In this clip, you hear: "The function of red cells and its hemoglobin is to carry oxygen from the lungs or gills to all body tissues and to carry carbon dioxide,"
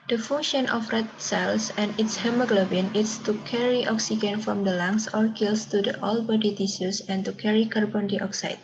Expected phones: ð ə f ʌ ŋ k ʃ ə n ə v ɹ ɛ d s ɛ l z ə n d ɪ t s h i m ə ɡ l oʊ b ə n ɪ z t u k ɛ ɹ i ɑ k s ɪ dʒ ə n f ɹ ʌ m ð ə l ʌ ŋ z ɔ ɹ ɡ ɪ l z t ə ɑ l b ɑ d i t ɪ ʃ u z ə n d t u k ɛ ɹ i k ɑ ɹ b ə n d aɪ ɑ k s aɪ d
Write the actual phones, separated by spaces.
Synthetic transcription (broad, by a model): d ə f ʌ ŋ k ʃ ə n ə f ɹ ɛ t s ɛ l s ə n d ɪ t s h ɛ m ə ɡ l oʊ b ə n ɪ s t u k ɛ ɹ i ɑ k s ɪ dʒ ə n f ɹ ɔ m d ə l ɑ ŋ s ɔ ɹ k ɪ l s t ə ɑ l b ɑ d i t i s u s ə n t u k ɛ ɹ i k ɑ ɹ b ə n d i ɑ k s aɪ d